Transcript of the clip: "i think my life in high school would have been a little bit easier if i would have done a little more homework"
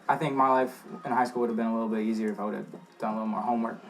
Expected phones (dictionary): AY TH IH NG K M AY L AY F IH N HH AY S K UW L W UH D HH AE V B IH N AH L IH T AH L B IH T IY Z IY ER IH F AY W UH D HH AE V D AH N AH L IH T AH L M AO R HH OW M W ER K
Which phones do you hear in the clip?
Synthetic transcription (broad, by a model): AY TH IH NG K M AY L AY F IH N HH AY S K UW L W UH D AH V B IH N AH L IH T L B IH T IY Z IY ER IH F AY W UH D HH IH V D AH N AH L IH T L M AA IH HH OW M W ER K